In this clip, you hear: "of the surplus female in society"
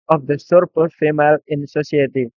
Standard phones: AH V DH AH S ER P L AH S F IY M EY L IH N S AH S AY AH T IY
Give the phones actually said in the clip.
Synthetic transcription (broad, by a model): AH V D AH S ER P AH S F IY M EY L IH N S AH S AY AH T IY